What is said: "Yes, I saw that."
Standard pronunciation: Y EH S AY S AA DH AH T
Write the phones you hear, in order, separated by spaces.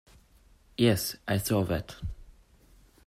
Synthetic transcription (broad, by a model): Y EH S AY TH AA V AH T